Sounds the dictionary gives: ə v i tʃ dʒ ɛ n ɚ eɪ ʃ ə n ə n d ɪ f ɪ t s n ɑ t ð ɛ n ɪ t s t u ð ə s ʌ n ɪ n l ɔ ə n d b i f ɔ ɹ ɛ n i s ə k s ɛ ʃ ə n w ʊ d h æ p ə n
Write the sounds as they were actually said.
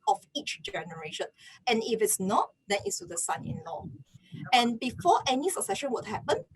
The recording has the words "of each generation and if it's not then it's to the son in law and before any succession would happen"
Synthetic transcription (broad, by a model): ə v i tʃ dʒ ɛ n ɚ eɪ ʃ ə n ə n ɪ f ɪ t s n ɑ t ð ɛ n ɪ t s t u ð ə s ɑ n ɪ n l ɔ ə n b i f ɔ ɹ ɛ n i s ə k s ɛ ʃ ə n w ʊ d h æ p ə n